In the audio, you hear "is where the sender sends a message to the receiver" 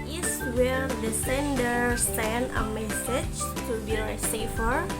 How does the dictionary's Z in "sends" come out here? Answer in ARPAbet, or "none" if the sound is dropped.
none